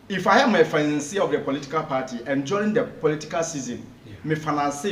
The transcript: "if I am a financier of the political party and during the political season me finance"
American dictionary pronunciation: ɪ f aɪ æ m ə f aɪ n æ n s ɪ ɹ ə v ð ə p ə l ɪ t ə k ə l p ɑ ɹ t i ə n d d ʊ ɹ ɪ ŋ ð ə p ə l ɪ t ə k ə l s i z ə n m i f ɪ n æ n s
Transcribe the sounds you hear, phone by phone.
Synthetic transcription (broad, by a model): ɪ f aɪ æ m ə f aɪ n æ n s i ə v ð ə p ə l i t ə k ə l p ɑ t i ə n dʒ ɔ ɪ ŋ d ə p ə l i t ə k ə l s i z ə n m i f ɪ n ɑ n s